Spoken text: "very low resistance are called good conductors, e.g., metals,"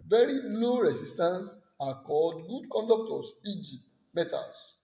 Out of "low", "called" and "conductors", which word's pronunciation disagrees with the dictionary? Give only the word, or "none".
conductors